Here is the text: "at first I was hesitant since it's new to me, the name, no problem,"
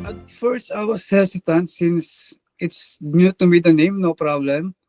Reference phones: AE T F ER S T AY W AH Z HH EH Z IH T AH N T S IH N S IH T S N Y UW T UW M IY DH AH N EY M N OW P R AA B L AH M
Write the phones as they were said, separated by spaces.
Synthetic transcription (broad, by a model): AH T F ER S T AY W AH S HH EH S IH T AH N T S IH N S IH T S N Y UW T UW M IY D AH N EY M N OW P R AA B L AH M